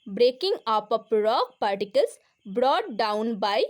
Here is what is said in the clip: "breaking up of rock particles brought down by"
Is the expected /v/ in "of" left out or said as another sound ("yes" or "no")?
yes